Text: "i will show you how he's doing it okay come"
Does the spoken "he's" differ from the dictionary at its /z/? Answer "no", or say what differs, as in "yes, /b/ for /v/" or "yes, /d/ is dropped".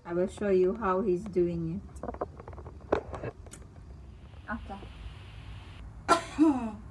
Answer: no